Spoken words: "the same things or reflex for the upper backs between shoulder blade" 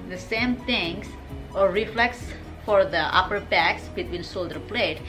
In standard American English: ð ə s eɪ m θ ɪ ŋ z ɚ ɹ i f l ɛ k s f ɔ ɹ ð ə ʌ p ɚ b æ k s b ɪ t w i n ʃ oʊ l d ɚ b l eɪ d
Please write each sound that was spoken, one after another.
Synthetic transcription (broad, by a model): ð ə s eɪ m t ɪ ŋ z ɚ ɹ i f l ɛ k s f ɔ ɹ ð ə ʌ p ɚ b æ k s b ɪ t w i n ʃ oʊ l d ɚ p l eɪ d